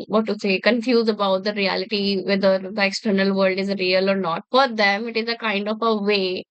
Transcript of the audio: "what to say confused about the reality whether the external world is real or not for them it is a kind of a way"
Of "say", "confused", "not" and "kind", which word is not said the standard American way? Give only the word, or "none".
confused